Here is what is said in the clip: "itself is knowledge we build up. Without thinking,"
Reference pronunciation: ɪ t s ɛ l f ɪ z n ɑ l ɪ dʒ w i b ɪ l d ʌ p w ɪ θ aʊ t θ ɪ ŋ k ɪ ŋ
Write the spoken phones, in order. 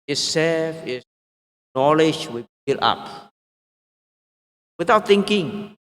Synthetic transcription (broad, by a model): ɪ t s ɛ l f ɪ n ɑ l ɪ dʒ w i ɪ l ɑ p w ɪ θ aʊ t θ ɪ ŋ k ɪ ŋ